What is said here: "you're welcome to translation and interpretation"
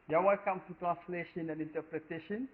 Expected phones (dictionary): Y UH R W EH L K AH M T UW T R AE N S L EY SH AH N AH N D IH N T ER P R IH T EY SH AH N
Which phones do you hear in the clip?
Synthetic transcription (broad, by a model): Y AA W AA N K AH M T UW T R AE N S L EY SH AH N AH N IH N T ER P R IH T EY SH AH N